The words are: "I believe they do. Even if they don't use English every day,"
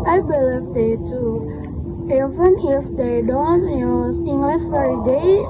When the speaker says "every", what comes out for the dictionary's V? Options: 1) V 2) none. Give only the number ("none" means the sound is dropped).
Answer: 2